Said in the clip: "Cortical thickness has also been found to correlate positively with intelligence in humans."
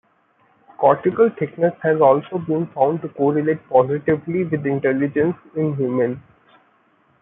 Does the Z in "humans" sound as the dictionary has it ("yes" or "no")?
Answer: no